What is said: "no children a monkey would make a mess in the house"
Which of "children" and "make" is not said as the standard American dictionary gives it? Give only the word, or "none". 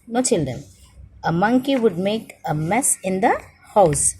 none